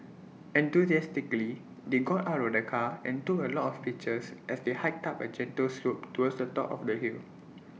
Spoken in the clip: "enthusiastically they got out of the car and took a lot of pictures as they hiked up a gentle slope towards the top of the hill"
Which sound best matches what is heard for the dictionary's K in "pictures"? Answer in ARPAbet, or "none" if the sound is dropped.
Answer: none